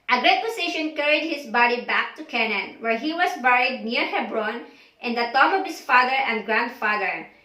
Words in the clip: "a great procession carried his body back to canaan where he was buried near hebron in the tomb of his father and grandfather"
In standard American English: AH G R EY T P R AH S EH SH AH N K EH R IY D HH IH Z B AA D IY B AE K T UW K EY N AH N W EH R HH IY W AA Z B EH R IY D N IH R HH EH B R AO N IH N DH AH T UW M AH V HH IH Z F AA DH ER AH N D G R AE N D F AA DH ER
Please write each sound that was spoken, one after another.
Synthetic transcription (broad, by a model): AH G R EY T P AH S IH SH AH N K EH R IY D HH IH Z B AA D IY B AE K T UW K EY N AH N W EH R HH IY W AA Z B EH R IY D N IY R HH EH B R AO N IH N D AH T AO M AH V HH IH S F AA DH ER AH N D G R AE N D F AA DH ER